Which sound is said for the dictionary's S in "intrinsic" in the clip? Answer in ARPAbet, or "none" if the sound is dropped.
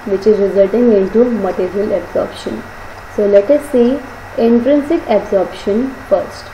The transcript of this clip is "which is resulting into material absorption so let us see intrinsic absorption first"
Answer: S